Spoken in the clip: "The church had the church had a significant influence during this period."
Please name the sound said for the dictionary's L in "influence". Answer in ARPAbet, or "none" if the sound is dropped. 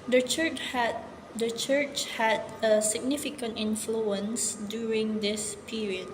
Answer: L